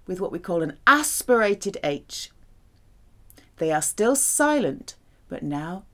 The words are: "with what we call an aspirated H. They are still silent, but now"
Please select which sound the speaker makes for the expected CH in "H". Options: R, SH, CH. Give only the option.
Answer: CH